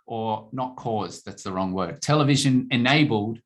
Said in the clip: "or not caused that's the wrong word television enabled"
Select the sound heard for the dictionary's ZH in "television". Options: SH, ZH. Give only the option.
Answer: ZH